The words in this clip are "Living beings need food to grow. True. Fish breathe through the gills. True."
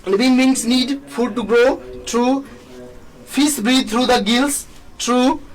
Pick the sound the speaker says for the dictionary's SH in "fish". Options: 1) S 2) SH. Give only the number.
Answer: 1